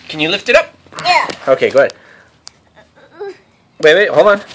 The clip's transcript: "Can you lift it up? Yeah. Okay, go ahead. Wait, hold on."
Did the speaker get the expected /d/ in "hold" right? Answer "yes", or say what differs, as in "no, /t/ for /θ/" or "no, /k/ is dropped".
no, /d/ is dropped